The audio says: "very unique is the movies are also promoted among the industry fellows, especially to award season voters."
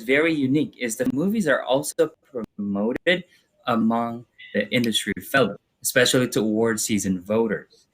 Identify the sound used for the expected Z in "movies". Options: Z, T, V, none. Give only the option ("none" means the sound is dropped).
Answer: Z